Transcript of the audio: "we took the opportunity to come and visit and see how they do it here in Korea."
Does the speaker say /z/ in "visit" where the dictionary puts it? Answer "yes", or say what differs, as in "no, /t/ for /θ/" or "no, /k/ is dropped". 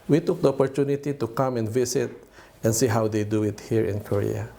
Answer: no, /s/ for /z/